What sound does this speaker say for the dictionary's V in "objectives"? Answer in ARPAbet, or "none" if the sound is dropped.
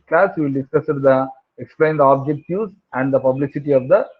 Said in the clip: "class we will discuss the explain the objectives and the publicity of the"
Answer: none